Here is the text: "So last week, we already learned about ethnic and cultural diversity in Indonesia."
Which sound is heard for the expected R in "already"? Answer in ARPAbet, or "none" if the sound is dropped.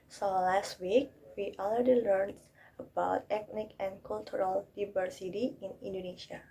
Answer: L